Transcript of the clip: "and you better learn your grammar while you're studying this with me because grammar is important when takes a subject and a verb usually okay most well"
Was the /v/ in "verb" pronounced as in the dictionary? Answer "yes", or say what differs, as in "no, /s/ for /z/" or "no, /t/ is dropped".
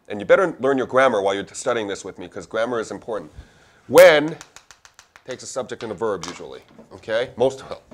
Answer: yes